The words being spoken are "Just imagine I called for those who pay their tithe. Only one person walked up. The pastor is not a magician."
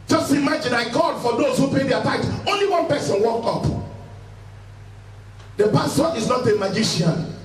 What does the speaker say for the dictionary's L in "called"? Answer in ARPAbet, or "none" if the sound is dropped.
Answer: none